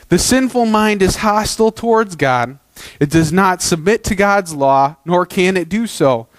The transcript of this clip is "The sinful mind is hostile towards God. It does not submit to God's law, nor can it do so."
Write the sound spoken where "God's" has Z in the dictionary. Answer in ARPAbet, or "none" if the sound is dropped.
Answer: Z